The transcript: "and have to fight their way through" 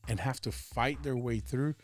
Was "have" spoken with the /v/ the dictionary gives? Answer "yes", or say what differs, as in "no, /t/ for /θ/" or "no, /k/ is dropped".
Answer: no, /f/ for /v/